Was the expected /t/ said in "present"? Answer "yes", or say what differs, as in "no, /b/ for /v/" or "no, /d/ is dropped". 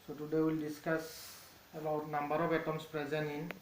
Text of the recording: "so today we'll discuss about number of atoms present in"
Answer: no, /t/ is dropped